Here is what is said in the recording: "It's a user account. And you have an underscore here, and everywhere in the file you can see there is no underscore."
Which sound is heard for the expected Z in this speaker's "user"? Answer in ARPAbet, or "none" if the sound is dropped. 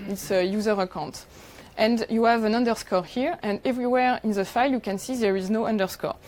Z